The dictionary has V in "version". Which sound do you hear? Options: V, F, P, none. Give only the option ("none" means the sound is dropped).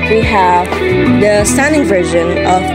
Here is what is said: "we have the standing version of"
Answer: V